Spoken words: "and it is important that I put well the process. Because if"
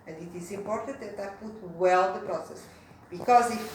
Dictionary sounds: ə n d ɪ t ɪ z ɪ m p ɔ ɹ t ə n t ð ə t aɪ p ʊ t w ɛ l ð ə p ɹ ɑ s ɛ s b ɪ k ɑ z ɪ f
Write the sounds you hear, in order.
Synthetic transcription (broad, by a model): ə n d ɪ t ɪ z ɪ m p ɔ ɹ t ə n t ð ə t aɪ p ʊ t w ɛ l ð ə p ɹ ɑ s ɛ s b ɪ k ɑ z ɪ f